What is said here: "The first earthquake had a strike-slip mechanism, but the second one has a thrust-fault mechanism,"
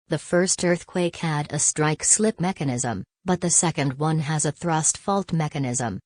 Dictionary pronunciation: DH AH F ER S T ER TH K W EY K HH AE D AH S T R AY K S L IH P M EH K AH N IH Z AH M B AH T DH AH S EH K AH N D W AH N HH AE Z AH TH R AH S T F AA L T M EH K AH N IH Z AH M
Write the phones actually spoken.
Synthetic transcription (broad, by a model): DH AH F ER S T ER TH K W EY K HH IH D AH S T R AY K S L IH P M EH K AH N IH Z AH M B AH T DH AH S EH K AH N D W AH N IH Z AH TH R AH S T F AA L T M EH K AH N IH Z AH M